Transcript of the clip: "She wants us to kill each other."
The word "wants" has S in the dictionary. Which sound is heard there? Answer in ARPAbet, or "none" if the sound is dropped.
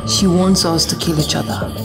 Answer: S